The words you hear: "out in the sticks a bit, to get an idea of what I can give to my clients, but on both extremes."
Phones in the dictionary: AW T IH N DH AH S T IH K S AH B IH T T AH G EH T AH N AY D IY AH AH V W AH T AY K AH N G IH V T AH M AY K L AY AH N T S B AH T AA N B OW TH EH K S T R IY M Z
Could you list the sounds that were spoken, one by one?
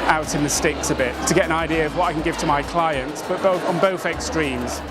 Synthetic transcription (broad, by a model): AW T IH N DH AH S T IH K S AH B IH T T AH G EH T AH N AY D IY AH AH V W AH T AY K AH N G IH V T AH M AY K L AY AH N T S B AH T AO N B OW TH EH K S T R IY M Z